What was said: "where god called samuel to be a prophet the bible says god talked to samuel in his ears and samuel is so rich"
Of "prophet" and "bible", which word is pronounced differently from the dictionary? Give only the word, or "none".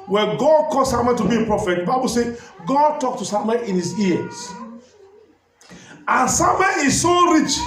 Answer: none